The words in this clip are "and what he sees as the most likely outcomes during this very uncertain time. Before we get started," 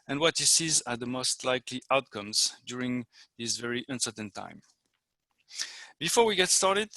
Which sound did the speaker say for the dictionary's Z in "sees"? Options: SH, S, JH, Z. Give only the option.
Z